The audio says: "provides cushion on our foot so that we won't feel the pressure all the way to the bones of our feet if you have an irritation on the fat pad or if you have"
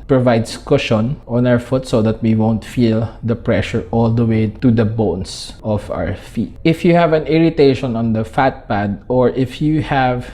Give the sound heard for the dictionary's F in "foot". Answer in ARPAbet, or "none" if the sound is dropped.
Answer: F